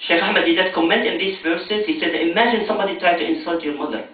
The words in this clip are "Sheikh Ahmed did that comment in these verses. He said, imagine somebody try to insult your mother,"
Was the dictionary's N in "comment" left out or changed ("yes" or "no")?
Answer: no